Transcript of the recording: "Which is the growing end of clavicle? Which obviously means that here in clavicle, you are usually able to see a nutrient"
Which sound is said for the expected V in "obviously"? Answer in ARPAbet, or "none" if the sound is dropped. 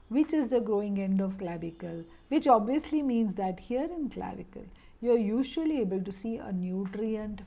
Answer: V